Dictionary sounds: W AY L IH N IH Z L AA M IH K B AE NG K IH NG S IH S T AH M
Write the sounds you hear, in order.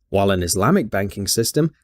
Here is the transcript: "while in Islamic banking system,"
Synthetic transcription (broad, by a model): W AY L IH N IH Z L AA M IH K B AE NG K IH NG S IH S T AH M